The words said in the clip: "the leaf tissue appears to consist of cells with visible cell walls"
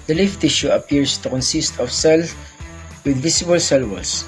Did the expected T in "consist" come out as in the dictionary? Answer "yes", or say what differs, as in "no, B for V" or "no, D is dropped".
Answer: yes